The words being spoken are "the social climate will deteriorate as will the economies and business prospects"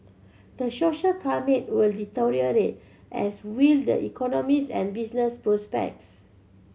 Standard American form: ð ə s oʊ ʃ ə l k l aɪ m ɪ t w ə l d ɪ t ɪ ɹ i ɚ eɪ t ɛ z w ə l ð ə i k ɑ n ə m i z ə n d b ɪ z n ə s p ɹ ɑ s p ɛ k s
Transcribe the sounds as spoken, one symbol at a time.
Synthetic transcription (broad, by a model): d ə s oʊ ʃ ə l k aɪ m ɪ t w ə l d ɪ t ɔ ɹ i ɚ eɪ t ɛ s w ə l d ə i k ɑ n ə m i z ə n b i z n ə s p ɹ ɑ s p ɛ k s